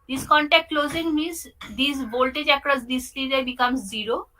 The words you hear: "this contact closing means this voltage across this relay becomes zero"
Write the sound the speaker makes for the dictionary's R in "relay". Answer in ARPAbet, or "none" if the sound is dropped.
L